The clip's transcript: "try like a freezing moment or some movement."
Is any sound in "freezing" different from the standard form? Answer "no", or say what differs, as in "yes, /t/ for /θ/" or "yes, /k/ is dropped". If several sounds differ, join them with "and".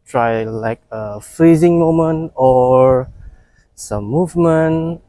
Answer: no